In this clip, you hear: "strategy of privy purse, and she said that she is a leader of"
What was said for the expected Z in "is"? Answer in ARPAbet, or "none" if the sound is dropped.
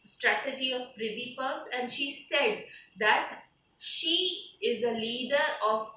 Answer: Z